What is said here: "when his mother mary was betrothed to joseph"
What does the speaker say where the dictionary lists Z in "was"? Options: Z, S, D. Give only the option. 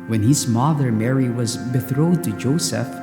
Z